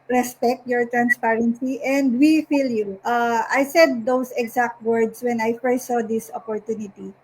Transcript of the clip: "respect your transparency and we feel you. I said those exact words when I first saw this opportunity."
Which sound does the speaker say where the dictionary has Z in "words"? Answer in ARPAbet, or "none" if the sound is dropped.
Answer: S